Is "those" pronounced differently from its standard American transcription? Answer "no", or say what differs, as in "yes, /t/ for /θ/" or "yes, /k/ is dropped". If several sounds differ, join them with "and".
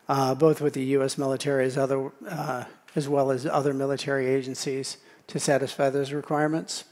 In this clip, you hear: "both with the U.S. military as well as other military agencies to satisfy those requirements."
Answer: no